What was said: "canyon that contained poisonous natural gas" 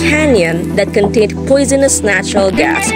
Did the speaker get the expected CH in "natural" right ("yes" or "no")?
yes